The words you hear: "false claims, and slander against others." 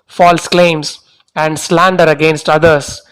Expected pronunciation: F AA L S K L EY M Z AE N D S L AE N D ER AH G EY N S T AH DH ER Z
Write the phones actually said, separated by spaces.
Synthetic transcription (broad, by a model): F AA L S K L EY M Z AE N D S L AE N D ER AH G EY N S T AH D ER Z